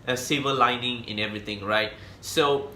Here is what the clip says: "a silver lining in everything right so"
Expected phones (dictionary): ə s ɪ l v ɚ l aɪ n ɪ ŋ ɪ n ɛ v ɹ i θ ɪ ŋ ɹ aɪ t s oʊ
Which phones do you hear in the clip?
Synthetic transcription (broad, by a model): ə s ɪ v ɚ l aɪ n ɪ ŋ ɪ n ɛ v ɹ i t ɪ ŋ ɹ aɪ t s oʊ